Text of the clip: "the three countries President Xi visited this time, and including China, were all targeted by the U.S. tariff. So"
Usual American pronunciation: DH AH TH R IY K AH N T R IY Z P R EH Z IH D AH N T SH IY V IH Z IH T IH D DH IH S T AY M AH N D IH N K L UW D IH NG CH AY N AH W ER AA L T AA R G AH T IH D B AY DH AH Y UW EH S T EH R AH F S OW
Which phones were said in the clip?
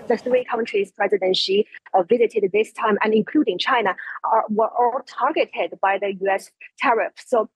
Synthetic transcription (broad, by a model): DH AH TH R IY K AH N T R IY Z P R EH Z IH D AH N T SH IY V IH Z IH T IH D DH IH S T AY M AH N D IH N K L UW D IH NG CH AY N AH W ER AA L T AA R G AH T IH D B AY DH AH Y UW EH S T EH R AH F S OW